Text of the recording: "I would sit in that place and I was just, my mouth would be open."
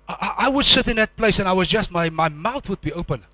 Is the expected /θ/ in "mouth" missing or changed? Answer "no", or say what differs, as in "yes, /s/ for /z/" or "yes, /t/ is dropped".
no